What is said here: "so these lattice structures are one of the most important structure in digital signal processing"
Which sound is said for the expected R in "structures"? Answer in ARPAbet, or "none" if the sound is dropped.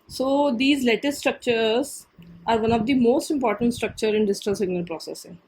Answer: R